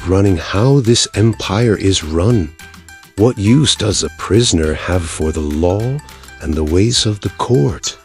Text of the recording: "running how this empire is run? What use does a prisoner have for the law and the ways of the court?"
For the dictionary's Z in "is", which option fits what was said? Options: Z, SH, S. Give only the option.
Z